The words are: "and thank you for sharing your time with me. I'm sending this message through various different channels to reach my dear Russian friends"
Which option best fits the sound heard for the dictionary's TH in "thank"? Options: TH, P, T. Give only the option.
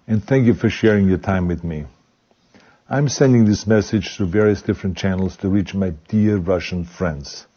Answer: TH